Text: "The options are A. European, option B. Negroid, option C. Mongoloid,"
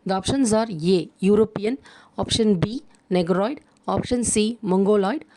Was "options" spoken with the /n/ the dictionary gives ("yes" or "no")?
yes